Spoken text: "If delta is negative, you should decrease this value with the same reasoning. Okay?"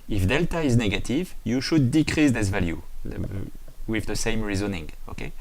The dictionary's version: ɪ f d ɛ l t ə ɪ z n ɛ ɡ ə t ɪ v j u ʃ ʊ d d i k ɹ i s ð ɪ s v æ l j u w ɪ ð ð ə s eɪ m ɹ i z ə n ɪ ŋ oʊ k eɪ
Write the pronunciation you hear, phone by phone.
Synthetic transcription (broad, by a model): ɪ f d ɛ l t ə ɪ z n ɛ ɡ ə t ɪ v j u ʃ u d d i k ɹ i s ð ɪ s v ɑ l j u w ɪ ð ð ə s eɪ m ɹ i z ə n ɪ ŋ oʊ k eɪ